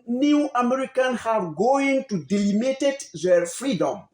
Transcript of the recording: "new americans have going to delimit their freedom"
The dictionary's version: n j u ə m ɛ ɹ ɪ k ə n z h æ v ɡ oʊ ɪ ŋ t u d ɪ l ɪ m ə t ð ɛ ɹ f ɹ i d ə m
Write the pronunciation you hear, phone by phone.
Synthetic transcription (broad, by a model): n j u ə m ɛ ɹ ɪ k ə n h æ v ɡ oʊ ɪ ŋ t u d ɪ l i m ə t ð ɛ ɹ f ɹ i d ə m